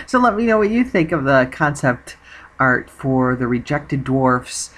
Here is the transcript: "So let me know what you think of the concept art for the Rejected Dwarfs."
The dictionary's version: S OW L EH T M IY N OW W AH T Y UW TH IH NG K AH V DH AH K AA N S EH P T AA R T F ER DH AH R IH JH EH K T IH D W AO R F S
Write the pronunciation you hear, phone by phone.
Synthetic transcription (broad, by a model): S OW L EH T M IY N OW W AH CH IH TH IH NG K AH V DH AH K AA N S EH P T AA R T F ER DH AH R IH JH EH K T IH D W AO R F S